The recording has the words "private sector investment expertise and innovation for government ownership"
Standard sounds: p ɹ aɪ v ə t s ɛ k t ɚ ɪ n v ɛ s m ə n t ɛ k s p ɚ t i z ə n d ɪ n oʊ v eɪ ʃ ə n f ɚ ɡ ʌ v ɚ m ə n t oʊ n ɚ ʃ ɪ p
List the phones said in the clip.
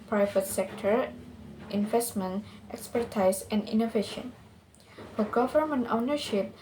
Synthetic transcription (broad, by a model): p ɹ aɪ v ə t s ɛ k t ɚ ɪ n v ɛ s m ə n t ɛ k s p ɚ t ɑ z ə n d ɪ n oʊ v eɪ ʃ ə n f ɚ ɡ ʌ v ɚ m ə n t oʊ n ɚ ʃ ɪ p